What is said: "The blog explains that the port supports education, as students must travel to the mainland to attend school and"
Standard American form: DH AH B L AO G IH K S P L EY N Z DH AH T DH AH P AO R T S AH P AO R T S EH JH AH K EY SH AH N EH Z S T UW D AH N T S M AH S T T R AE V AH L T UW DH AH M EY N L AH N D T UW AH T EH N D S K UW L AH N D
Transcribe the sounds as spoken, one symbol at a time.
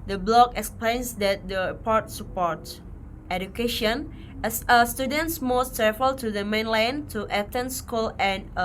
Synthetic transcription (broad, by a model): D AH B L AO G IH K S P L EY N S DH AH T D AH P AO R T S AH P AO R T EH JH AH K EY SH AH N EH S S T UW D AH N T S M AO S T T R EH F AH L T UW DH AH M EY N L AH N T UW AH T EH N S K UW L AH N